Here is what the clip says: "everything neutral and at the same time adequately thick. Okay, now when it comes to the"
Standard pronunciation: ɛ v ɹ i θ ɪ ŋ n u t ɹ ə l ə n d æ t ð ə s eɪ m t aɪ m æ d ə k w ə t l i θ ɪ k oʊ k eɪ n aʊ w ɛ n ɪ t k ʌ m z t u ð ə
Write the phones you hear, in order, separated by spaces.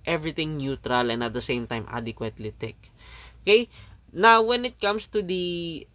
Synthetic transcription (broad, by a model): ɛ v ɹ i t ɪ ŋ n u t ɹ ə l ə n d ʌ t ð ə s eɪ m t aɪ m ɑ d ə k w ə t l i t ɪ k oʊ k eɪ n aʊ w ɛ n ɪ t k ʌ m s t u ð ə